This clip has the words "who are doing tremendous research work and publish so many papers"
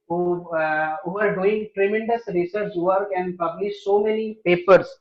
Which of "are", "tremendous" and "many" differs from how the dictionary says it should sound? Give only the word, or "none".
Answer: none